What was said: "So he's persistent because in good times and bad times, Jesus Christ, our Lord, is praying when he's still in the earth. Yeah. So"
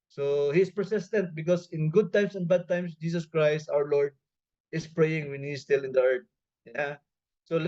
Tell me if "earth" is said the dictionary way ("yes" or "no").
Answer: no